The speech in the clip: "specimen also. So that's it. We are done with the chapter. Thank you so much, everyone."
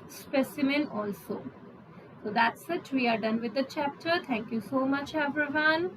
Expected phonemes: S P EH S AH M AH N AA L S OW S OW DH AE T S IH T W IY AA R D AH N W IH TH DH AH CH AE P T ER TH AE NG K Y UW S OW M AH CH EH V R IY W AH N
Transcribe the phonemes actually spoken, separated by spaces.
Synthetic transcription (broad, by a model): S P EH S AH M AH N AA L S OW S OW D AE T S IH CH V IY AA R D AH N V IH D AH CH AE P T ER T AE NG K Y UW S OW M AH CH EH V R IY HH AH N